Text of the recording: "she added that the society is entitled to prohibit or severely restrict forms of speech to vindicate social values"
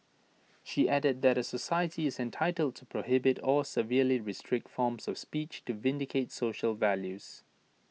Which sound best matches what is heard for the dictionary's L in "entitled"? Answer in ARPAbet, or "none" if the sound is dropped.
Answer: L